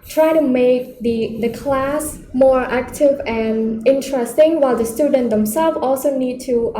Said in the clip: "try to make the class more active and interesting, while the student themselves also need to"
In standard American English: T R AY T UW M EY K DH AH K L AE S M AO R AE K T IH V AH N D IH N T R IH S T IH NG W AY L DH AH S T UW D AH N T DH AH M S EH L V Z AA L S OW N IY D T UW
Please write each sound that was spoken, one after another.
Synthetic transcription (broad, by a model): T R AY T UW M EY K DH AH K L AE S M AO R AE K T IH V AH N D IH N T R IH S T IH NG W AY L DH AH S T UW D AH N T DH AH M S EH L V AA L S OW N IY D T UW